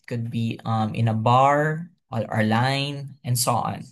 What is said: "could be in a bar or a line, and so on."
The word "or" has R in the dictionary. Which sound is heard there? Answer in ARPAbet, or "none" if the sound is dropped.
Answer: L